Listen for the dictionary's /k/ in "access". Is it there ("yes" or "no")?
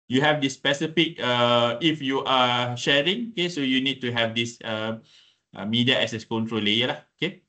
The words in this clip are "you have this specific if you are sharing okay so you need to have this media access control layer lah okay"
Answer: no